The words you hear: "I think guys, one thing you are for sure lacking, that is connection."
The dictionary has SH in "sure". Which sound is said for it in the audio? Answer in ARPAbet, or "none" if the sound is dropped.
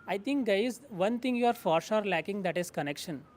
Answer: S